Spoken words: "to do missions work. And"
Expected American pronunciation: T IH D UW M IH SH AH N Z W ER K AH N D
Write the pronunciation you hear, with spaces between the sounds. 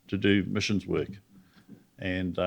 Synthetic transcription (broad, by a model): T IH D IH M IH SH AH N Z W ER K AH N